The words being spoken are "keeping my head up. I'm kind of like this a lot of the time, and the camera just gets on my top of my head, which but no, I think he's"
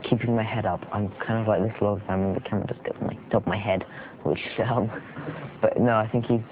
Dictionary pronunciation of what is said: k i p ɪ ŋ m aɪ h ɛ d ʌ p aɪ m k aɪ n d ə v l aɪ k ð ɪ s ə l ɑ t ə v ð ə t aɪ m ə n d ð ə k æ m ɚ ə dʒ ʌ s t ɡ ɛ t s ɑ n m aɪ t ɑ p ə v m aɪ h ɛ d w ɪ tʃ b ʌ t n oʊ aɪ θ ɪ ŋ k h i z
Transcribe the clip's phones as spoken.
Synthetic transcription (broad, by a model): k i p ɪ ŋ m aɪ h ɛ d ʌ p aɪ m k aɪ n d ə v l aɪ k ð ɪ s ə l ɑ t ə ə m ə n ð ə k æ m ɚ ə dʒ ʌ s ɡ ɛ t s m aɪ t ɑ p m aɪ h ɛ d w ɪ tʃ b ʌ t n oʊ aɪ θ ɪ ŋ k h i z